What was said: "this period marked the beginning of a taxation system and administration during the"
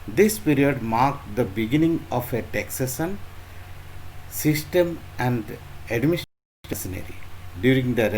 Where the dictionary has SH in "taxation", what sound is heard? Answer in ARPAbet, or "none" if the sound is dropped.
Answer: S